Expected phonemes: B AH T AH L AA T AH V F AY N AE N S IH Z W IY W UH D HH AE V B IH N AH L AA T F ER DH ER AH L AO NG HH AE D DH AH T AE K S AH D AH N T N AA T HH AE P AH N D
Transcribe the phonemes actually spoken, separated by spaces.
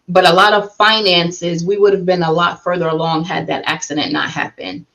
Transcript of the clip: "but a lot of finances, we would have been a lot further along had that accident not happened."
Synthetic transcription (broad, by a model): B AH T AH L AA T AH V F AY N AE N S IH Z W IY W UH D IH V B IH N AH L AA T F ER DH ER AH L AO NG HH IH D DH AH T AE K S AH D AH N N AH T HH AE P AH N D